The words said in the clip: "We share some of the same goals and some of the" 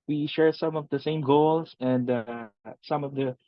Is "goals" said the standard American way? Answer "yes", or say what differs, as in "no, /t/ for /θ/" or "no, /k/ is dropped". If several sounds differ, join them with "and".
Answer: no, /s/ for /z/